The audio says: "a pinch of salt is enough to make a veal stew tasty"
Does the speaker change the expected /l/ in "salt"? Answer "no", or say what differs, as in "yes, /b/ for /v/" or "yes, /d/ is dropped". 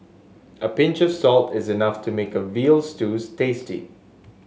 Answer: no